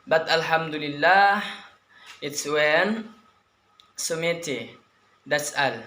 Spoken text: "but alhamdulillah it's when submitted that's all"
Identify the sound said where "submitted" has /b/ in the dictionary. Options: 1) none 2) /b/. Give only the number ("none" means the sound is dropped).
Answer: 1